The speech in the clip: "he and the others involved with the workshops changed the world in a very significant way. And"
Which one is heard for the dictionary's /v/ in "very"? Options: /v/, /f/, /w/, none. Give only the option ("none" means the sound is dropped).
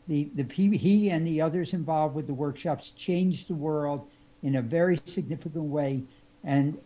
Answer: /v/